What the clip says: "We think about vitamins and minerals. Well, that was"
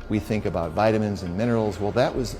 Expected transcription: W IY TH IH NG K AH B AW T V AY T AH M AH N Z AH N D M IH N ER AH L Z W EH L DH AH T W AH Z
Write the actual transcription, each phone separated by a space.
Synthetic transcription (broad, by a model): W IY TH IH NG K AH B AW T V AY T AH M AH N Z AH N M IH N ER L Z W EH L DH AH T W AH Z